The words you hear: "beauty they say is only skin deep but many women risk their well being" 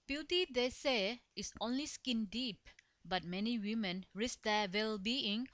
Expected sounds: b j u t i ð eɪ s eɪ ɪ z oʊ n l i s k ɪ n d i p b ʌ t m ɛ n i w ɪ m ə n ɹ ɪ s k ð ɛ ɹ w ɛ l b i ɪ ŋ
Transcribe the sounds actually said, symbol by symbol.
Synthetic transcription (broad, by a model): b j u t i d eɪ s eɪ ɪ s oʊ n l i s k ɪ n d i p b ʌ t m ɛ n i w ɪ m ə n ɹ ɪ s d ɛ w ɛ l b i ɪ ŋ